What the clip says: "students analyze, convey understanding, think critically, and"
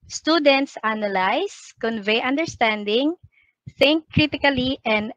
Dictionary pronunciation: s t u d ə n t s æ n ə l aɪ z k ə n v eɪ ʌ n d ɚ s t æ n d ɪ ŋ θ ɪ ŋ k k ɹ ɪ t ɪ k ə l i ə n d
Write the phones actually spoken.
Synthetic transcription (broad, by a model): s t u d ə n t s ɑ n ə l aɪ s k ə n v eɪ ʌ n d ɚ s t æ n d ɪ ŋ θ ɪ ŋ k k ɹ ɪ t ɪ k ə l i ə n d